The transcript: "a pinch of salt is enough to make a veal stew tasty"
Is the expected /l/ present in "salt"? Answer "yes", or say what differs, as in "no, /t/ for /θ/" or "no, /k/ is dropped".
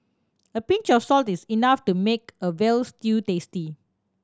yes